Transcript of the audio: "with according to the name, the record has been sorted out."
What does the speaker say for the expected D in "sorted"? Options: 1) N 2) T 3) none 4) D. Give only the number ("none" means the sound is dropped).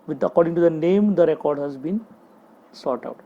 3